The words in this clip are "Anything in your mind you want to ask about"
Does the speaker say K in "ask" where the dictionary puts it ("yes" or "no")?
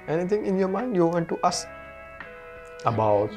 no